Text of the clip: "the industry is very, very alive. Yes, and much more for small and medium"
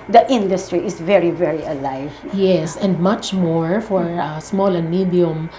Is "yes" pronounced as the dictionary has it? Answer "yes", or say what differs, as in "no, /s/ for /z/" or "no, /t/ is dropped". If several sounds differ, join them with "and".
yes